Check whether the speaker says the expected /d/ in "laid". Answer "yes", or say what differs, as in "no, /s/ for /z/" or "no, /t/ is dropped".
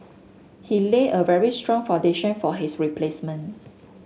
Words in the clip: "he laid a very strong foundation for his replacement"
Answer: no, /d/ is dropped